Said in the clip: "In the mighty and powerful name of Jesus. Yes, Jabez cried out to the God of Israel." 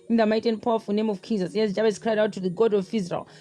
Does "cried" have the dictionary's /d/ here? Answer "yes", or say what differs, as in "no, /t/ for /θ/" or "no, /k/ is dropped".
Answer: yes